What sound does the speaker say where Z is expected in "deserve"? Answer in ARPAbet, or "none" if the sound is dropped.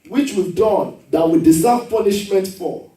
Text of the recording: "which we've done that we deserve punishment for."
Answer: S